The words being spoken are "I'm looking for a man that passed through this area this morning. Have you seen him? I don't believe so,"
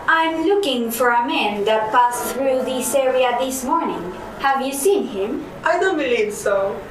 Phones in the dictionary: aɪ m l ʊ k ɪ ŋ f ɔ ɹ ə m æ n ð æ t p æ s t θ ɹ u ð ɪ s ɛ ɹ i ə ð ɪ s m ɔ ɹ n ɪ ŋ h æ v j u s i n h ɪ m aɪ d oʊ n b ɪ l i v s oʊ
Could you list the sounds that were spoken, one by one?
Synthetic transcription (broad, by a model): aɪ m l ʊ k ɪ ŋ f ɔ ɹ ə m æ n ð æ t p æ s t θ ɹ u ð ɪ s ɛ ɹ i ə ð ɪ s m ɔ ɹ n ɪ ŋ h æ v j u s i n h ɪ m aɪ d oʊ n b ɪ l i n s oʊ